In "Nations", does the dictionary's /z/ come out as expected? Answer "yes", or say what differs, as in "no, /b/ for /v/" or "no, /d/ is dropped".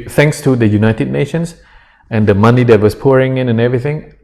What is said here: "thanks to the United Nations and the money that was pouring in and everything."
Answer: no, /s/ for /z/